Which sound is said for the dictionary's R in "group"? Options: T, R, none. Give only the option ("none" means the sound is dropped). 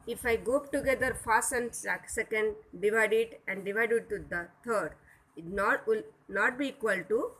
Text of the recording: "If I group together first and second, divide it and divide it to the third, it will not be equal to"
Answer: none